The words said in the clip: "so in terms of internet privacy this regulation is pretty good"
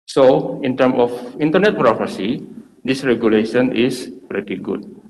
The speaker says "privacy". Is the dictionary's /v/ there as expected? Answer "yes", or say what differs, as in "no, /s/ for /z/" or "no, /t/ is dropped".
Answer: no, /p/ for /v/